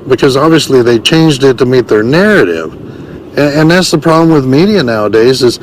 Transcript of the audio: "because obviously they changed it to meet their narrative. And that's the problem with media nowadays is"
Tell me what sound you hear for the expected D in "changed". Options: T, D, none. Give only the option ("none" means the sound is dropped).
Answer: D